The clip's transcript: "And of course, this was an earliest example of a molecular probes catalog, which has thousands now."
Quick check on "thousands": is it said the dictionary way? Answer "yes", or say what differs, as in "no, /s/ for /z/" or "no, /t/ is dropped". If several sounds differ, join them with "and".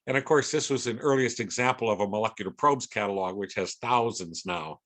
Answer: yes